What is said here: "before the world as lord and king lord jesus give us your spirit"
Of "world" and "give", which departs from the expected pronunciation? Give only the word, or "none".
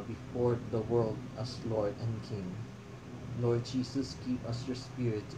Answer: give